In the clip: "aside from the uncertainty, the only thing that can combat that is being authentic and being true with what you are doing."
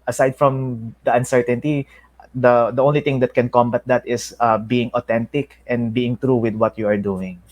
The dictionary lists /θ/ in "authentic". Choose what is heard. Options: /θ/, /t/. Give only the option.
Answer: /t/